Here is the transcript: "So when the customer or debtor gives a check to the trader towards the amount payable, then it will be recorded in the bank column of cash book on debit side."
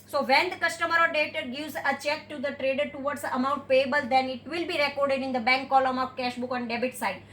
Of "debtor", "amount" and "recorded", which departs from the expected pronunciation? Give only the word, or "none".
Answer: none